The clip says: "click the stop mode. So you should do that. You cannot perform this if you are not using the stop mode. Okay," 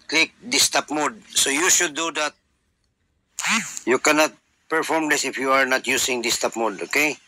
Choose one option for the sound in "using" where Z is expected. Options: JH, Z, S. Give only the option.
S